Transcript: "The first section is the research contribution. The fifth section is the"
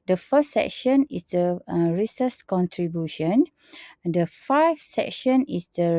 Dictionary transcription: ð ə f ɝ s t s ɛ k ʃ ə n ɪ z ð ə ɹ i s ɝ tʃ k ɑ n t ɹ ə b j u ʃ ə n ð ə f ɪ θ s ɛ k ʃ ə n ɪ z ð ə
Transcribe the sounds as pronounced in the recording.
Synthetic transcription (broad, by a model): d ə f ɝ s s ɛ k ʃ ə n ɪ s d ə ɹ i s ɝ s k ɑ n t ɹ ə b j u ʃ ə n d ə f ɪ f s ɛ k ʃ ə n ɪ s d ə